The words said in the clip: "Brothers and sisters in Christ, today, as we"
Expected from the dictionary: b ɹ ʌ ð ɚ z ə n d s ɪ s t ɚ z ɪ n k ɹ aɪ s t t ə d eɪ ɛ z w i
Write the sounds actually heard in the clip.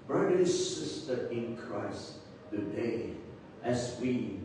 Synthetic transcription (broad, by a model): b ɹ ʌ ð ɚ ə s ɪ s t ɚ ɪ n k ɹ aɪ s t t ə d eɪ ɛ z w i